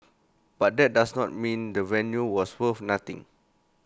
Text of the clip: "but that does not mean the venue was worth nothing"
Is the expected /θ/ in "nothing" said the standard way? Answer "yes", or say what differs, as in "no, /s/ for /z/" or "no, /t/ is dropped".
no, /t/ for /θ/